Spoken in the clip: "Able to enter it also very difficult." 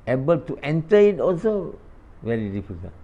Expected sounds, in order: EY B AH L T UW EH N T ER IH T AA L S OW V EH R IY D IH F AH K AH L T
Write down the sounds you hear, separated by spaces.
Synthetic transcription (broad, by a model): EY B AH L T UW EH N T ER IH T AA L S OW V EH R IY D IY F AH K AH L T